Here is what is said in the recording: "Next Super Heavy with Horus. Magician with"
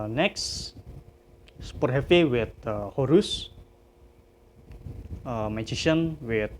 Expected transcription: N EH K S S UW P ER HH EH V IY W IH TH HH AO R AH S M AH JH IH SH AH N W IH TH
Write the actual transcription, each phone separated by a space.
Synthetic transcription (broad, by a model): N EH K S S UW P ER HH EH F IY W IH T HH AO R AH S M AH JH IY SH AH N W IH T